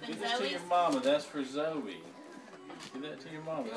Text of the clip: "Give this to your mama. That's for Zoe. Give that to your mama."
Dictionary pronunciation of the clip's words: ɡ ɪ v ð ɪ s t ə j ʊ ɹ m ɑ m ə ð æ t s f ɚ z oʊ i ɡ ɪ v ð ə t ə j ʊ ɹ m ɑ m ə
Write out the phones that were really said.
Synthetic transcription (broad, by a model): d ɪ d ð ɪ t t ə j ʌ ɹ m ɑ m ə ð æ t s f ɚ z oʊ i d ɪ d ð ə t ə j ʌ ɹ m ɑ m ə